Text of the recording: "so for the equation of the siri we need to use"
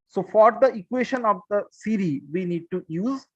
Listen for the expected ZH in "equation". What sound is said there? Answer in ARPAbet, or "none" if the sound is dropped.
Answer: SH